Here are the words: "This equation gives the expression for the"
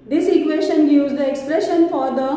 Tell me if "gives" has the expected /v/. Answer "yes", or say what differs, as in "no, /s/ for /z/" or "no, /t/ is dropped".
no, /v/ is dropped